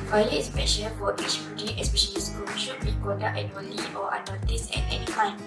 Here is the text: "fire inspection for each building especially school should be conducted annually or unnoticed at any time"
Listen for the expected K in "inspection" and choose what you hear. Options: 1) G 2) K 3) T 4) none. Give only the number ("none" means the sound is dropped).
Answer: 4